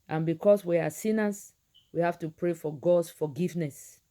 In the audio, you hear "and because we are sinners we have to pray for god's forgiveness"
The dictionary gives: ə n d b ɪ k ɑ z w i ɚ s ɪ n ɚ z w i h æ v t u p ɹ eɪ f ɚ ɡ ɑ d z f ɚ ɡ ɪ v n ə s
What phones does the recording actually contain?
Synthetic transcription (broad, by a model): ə n b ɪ k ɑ s w i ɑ s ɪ n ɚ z w i h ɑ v t u p ɹ eɪ f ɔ ɡ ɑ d s f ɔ ɡ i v n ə s